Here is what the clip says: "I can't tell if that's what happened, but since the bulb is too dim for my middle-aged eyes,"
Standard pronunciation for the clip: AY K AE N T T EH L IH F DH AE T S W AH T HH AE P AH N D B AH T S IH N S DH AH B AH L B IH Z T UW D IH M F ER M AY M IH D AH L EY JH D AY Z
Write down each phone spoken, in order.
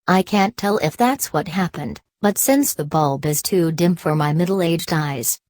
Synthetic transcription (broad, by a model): AY K AE N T T EH L IH F DH AE T S W AH T HH AE P AH N D B AH T S IH N S DH AH B AH L B IH Z T UW D IH M F ER M AY M IH D L EY JH D AY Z